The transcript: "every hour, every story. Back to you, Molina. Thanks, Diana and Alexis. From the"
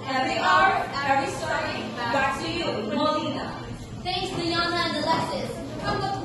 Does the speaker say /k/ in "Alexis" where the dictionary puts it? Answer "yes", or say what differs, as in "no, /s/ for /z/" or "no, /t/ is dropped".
no, /k/ is dropped